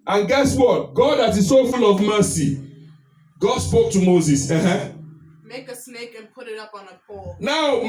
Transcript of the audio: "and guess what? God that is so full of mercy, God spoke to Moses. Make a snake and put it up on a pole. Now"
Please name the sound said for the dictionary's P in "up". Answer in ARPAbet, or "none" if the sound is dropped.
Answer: P